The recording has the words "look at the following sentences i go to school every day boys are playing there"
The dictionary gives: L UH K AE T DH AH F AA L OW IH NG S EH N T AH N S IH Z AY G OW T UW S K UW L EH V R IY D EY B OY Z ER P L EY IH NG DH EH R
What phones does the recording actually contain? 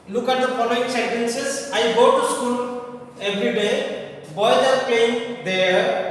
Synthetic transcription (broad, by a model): L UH K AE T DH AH P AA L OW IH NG S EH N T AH N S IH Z AY G OW T UW S K UW L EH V R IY D EY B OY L ER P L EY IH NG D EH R